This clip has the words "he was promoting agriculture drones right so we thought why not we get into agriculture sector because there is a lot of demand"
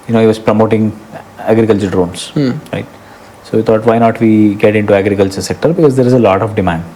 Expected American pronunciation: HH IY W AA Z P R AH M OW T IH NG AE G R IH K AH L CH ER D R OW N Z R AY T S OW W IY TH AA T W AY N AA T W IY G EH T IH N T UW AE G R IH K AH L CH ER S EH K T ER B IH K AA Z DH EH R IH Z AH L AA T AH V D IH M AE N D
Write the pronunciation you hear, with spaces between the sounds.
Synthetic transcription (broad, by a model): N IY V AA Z P R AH M OW T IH NG AE G R IH K AH L CH ER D R OW N S R AY T S OW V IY T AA T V AY N AA T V IY G EH T IH N T UW AE G R IH K AH L CH ER S EH K T ER B IH K AA Z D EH R IH Z AH L AA T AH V D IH M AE N D